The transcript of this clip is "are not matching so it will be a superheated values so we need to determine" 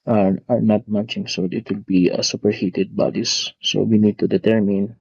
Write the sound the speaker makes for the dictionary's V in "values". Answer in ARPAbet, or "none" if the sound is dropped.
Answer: B